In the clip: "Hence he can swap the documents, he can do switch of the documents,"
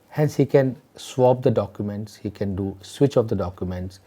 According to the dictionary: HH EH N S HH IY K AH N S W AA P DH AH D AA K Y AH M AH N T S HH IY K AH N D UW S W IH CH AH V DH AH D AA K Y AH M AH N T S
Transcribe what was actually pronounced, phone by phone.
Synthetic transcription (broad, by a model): HH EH N S HH IY K AH N S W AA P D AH D AA K Y AH M AH N T S HH IY K AH N D UW S W IH CH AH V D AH D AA K Y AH M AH N T S